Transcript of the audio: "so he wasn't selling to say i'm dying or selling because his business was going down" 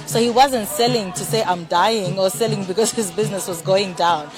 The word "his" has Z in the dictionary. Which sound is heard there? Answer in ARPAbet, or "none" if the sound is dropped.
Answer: Z